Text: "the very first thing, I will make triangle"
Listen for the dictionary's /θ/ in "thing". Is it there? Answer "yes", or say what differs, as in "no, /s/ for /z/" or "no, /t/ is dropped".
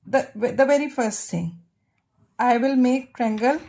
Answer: no, /t/ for /θ/